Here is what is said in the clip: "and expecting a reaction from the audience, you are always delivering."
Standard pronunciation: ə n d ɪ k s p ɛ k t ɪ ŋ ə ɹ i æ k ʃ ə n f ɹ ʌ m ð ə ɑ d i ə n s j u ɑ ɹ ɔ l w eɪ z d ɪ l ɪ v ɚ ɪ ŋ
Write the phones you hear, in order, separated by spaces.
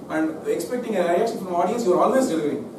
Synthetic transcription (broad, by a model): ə n d ɪ k s p ɛ k t ɪ ŋ ə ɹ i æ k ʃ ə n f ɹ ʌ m ɑ d i ə n s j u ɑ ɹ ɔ l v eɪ s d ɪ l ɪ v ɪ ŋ